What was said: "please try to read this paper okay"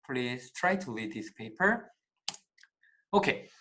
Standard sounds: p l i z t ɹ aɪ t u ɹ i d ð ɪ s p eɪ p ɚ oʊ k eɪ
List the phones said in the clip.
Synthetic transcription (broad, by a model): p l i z t ɹ aɪ t u l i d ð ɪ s p eɪ p ɚ oʊ k eɪ